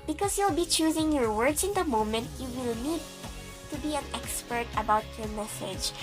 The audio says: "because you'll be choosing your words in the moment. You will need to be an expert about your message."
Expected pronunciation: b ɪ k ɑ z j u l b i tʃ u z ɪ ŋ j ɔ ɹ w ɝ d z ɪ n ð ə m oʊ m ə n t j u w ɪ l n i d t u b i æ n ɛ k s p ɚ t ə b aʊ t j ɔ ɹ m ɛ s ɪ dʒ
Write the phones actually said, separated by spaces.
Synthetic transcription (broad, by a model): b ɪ k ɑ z j u l b i tʃ u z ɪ ŋ j ɔ ɹ w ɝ d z ɪ n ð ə m oʊ m ə n t j u w ɪ l n i d t u b i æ n ɛ k s p ɚ t ə b aʊ t j ɔ ɹ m ɛ s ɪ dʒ